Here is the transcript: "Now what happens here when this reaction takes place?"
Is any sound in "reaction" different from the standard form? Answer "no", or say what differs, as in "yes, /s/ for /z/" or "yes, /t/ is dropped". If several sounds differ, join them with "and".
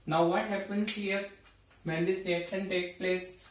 yes, /s/ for /ʃ/